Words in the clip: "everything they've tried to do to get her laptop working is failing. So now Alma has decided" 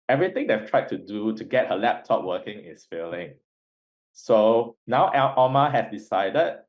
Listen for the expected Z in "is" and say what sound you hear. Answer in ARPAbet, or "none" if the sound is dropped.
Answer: S